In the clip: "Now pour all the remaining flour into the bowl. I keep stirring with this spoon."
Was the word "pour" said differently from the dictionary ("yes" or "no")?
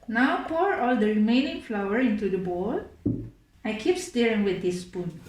no